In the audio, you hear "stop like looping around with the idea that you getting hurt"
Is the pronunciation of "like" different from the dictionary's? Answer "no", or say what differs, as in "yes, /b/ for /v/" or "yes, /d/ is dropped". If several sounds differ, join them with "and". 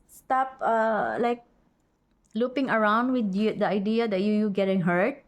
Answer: no